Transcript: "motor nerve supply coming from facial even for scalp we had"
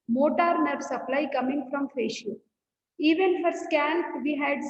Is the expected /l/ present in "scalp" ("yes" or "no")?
no